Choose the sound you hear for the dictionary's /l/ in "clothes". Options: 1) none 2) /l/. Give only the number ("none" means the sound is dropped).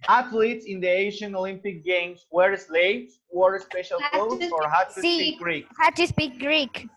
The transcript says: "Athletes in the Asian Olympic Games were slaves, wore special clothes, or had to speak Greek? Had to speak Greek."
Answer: 1